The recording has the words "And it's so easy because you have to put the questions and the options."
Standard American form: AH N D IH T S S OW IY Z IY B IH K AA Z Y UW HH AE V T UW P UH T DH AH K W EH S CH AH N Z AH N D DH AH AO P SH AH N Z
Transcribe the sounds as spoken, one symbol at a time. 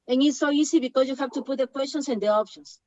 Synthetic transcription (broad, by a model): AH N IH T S S OW IY S IY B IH K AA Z Y UW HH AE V T UW P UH T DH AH K W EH S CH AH N S AH N D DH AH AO P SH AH N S